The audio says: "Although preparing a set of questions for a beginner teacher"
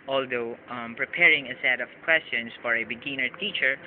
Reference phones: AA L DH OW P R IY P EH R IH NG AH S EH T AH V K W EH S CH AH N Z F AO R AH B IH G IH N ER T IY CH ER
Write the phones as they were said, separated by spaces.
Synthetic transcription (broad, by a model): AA L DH OW P R IY P EH R IH NG AH S EH T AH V K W EH S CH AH N S F AO R AH B IH G IH N ER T IY CH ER